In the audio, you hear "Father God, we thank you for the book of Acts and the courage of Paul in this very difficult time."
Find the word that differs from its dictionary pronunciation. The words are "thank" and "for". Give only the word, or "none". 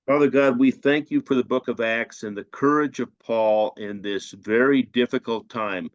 none